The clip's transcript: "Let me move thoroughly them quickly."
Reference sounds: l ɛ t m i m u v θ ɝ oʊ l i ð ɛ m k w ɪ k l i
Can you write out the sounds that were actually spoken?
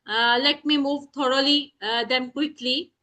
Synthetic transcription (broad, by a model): l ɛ t m i m u v t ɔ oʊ l i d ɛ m k w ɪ k l i